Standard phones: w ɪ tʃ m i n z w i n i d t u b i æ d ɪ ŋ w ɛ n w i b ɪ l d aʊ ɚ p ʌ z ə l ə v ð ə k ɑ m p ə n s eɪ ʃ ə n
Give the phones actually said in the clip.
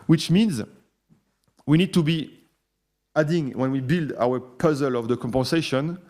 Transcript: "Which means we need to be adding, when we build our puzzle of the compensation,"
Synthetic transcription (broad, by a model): w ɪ tʃ m i n z w i n i d t u b i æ d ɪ ŋ w ɛ n w i b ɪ l d aʊ ɚ p ʌ z ə l ə v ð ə k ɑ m p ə n s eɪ ʃ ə n